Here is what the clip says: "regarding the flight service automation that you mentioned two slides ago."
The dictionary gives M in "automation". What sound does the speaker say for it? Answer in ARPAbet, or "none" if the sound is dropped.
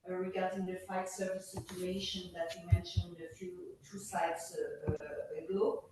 none